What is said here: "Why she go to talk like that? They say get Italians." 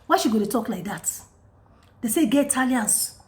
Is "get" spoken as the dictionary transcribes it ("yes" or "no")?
no